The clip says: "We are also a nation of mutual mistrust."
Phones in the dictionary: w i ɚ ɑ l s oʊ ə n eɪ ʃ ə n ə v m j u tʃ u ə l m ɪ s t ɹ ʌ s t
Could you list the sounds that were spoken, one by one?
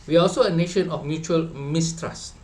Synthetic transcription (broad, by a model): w i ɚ ɑ l s oʊ ə n eɪ ʃ ə n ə f m j u tʃ u ə l m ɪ s t ɹ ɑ s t